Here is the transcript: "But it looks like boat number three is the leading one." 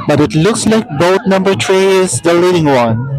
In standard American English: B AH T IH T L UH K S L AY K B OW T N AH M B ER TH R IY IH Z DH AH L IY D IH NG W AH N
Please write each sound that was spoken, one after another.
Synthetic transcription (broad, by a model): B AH T IH T L UH K S L AY K B OW T N AH M B ER T R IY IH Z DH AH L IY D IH NG W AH N